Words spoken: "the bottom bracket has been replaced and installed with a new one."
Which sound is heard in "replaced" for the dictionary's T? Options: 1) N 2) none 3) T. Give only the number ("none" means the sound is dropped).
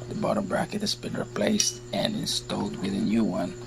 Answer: 3